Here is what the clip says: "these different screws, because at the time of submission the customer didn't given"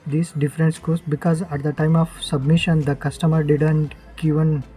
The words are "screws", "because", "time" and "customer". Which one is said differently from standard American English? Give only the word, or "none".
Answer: screws